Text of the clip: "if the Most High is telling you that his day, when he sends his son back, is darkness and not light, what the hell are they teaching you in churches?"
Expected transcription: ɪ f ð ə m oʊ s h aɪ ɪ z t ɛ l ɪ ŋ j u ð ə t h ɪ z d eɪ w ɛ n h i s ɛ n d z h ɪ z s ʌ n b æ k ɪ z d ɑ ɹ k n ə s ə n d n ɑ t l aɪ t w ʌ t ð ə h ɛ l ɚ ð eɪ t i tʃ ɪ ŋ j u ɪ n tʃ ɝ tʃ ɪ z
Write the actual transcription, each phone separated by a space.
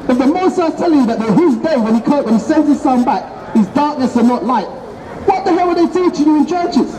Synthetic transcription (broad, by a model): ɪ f ð ə m oʊ s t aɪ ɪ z t ɛ l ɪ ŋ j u ð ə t h ɪ z d eɪ w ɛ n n i s ɛ n d z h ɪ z s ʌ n b æ k ɪ z d ɑ ɹ k n ə s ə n n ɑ t l aɪ t w ʌ t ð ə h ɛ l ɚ ð eɪ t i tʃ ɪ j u ɪ n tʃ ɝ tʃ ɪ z